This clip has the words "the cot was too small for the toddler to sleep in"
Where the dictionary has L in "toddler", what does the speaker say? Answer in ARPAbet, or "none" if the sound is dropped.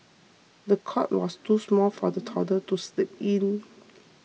none